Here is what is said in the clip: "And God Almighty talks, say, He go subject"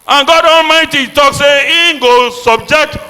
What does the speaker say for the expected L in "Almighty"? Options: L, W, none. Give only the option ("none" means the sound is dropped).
L